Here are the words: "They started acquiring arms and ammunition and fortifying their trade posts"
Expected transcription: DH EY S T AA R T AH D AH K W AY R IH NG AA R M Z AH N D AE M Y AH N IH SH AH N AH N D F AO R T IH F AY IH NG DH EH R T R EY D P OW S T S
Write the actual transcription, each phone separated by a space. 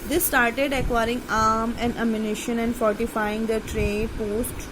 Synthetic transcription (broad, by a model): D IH S T AA R T AH D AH K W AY R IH NG AA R M AH N D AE M Y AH N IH SH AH N AH N D F AO R T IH F AY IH NG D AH T R EY P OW S T